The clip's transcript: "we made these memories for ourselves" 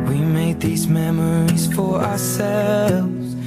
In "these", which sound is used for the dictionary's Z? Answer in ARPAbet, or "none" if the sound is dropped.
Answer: Z